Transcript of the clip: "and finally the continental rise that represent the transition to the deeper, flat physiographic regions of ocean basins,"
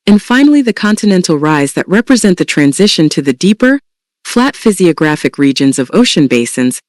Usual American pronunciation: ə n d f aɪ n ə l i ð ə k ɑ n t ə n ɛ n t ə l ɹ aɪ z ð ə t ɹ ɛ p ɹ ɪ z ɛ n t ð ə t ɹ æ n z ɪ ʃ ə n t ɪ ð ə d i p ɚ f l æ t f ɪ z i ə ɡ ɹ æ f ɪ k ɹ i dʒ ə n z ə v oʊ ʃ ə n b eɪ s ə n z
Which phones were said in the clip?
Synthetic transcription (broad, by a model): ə n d f aɪ n l i ð ə k ɑ n t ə n ɛ n t l ɹ aɪ z ð ə t ɹ ɛ p ɹ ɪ z ɛ n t ð ə t ɹ æ n z ɪ ʃ ə n t ɪ ð ə d i p ɚ f l æ t f ɪ z i ə ɡ ɹ æ f ɪ k ɹ i dʒ ə n z ə v oʊ ʃ ə n b eɪ s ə n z